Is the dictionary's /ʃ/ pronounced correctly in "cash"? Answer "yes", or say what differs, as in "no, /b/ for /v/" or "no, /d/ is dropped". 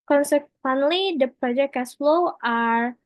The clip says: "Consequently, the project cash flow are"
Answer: no, /s/ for /ʃ/